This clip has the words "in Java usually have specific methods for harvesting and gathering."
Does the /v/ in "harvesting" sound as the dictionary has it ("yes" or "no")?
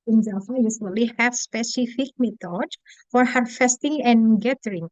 no